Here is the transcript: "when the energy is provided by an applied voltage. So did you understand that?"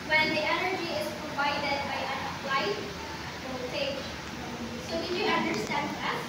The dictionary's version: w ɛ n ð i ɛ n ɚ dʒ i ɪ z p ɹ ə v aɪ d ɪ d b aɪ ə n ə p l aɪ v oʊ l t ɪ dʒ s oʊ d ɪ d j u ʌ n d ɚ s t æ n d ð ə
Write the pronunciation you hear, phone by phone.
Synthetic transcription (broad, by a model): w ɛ n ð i ɛ n ɚ dʒ i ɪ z p ɹ ə v aɪ d ɪ d b aɪ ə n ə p l aɪ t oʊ t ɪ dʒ s oʊ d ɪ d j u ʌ n d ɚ s t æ n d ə